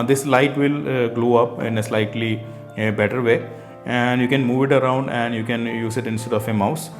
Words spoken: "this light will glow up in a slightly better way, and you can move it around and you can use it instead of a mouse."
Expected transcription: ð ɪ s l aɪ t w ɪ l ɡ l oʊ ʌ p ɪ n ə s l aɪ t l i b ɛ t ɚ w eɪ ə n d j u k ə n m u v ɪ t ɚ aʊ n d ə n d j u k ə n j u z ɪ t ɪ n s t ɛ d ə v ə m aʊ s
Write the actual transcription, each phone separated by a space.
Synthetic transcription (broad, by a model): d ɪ s l aɪ t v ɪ l ɡ l oʊ ʌ p ɪ n ə s l aɪ t l i b ɛ t ɚ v eɪ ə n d j u k ə n m u v ɪ t ɚ aʊ n d ə n d j u k ə n j u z ɪ t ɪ n s t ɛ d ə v ə m aʊ s